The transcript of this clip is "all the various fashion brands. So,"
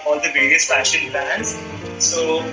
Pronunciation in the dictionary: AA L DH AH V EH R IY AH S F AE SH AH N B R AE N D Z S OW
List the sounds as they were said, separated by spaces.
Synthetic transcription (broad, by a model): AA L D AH V EH R IY AH S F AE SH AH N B AE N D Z S OW